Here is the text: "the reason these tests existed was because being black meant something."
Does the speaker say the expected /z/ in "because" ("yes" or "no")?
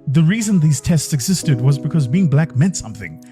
yes